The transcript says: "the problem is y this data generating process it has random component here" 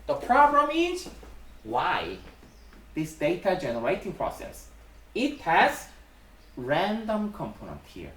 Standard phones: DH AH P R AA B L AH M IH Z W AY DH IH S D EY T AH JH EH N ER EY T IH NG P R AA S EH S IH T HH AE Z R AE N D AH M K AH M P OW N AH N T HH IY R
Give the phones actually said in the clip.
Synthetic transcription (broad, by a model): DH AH P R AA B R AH M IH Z W AY DH IH S D EY T AH JH EH N ER EY T IH NG P R AA S EH S IH T HH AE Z R AE N D AH M K AH M P OW N AH N T HH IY R